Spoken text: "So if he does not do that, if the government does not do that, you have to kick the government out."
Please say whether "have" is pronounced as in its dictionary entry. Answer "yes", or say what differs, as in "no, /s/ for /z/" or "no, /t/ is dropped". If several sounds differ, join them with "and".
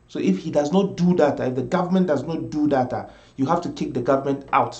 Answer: no, /f/ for /v/